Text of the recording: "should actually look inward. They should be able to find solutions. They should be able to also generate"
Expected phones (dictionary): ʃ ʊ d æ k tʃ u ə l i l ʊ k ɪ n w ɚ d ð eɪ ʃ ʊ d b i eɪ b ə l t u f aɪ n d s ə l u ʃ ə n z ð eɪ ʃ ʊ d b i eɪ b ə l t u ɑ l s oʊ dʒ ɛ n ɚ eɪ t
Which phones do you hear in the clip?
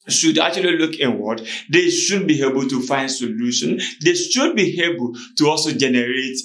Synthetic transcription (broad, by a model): ʃ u d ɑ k tʃ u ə l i l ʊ k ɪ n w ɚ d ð eɪ ʃ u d b i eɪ b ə l t u f aɪ n d s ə l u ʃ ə n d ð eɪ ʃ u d b i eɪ b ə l t u ɑ l s oʊ dʒ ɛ n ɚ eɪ t